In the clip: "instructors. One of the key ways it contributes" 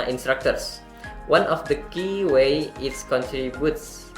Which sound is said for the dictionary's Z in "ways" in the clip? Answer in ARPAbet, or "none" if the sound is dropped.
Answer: none